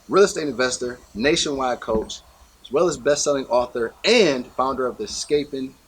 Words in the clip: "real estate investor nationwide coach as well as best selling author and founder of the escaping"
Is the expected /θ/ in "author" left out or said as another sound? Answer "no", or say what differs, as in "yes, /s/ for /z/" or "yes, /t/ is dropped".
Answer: no